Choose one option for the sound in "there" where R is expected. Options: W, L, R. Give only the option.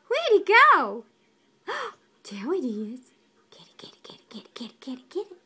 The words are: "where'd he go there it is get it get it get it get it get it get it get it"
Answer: W